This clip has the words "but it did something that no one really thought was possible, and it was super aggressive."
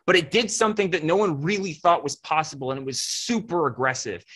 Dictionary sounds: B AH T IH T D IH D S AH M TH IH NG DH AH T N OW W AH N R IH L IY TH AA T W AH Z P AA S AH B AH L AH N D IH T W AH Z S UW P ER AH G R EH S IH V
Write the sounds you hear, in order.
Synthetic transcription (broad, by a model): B AH T IH T D IH D S AH M TH IH NG DH AH T N OW W AH N R IH L IY TH AA T W AH Z P AA S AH B L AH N IH T W AH Z S UW P ER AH G R EH S IH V